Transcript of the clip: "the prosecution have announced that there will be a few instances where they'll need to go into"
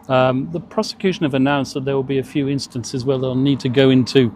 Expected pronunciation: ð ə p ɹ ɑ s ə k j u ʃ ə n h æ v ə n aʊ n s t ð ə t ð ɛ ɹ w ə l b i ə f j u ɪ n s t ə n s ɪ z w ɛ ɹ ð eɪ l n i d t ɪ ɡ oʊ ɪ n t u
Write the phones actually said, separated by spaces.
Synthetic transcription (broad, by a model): ð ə p ɹ ɑ s ə k j u ʃ ə n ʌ v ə n aʊ n s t ð ə t ð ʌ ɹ w ə l b i ə f j u ɪ n s t ə n s ɪ z w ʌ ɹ ð eɪ l n i d t ɪ ɡ oʊ ɪ n t u